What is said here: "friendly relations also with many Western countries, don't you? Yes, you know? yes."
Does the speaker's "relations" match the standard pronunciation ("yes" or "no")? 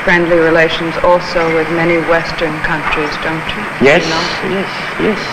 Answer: yes